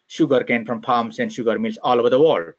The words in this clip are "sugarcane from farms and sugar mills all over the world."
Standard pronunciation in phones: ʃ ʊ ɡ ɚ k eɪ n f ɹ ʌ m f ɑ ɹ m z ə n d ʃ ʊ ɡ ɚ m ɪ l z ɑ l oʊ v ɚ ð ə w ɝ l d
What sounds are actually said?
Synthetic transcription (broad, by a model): ʃ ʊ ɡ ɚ k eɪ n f ɹ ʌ m p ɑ m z ə n d ʃ ʊ ɡ ɚ m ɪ l s ɑ l oʊ v ɚ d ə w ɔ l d